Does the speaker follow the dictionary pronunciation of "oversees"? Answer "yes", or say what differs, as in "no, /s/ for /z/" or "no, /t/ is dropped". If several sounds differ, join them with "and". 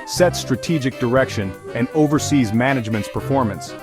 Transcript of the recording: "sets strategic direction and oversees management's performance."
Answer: yes